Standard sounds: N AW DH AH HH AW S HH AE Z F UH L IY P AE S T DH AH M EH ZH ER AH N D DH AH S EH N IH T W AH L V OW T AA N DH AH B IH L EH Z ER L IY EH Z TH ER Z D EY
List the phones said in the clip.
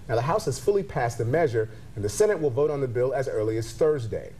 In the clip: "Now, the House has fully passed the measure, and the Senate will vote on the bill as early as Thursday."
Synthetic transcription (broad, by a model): N AW DH AH HH AW S HH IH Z F UH L IY P AE S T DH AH M EH ZH ER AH N DH AH S EH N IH T W AH L V OW T N DH AH B IH L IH Z ER L IY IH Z TH ER Z D EY